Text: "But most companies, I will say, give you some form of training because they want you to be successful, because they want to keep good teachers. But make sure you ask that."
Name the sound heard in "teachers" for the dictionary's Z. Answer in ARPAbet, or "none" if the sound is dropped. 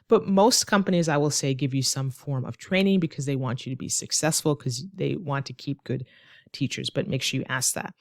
Z